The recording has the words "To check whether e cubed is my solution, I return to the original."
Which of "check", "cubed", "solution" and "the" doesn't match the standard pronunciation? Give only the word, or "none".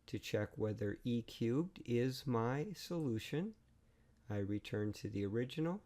none